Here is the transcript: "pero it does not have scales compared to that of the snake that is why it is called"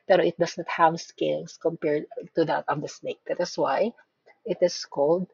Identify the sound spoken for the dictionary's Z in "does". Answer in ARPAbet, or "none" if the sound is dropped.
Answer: S